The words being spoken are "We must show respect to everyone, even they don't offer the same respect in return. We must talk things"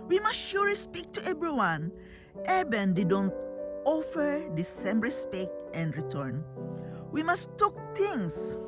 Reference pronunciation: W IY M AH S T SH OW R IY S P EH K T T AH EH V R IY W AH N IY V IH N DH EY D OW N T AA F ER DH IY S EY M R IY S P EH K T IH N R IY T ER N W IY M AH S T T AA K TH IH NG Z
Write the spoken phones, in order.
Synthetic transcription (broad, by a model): W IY M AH S T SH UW L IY S P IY K T T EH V R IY W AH N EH B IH N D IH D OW N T AA F ER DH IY S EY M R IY S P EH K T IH N R IY T ER N W IY M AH S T T AA K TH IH NG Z